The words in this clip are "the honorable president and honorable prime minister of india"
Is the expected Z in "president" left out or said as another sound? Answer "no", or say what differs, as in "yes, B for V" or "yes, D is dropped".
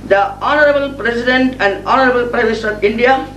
yes, S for Z